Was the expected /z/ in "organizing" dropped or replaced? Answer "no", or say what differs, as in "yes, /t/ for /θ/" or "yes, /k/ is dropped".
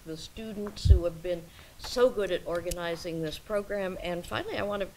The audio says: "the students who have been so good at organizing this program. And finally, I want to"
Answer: no